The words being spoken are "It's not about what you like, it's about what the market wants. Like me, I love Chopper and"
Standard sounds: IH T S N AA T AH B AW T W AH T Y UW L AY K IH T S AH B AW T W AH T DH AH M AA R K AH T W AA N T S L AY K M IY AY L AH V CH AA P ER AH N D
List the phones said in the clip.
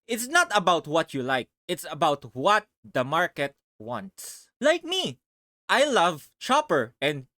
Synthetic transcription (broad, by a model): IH T S N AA T AH B AW T W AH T Y UW L AY K IH T S AH B AW T W AH T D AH M AA R K AH T W AA N T S L AY K M IY AY L AH V CH AA P ER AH N D